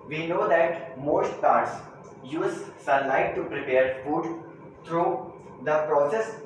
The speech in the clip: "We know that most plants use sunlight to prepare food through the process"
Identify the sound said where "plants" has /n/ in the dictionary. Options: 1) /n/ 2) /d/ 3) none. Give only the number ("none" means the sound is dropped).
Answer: 3